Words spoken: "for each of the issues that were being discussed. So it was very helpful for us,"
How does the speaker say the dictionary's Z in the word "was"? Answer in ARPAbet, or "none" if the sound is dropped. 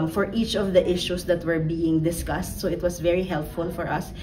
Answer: S